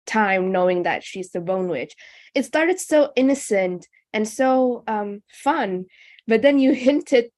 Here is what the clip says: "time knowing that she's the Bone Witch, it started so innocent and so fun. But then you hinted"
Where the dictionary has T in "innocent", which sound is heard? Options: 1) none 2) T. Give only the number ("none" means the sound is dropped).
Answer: 2